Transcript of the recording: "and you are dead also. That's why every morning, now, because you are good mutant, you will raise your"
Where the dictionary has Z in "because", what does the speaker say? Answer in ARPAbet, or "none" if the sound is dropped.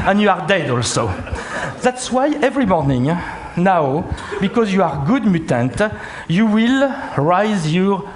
Z